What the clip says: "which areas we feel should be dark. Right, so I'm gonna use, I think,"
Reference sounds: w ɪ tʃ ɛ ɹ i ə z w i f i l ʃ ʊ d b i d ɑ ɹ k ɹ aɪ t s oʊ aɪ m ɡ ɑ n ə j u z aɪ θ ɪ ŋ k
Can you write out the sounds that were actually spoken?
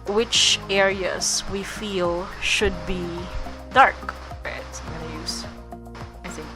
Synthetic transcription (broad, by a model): w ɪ tʃ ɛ ɹ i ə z w i f i l ʃ ʊ d b i d ɑ ɹ k w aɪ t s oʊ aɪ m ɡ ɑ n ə j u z aɪ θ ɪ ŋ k